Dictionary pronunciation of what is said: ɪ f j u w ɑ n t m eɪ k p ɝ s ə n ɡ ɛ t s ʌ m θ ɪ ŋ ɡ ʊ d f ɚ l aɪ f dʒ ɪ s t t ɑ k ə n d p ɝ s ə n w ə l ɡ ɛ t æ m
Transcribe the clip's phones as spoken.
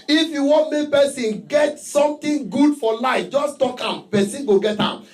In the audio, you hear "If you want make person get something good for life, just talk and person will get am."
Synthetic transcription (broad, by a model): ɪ f j u w ɑ n t m eɪ k p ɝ s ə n ɡ ɛ t s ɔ m t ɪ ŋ ɡ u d f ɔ l aɪ f dʒ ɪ s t t ɑ k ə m p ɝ s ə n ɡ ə ɡ ɛ t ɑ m